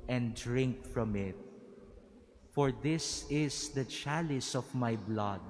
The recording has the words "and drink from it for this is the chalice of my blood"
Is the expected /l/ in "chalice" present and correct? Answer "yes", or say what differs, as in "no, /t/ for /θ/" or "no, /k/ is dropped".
yes